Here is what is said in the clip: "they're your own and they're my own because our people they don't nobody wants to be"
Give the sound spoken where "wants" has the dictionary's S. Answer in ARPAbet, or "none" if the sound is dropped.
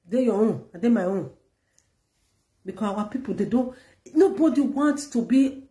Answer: none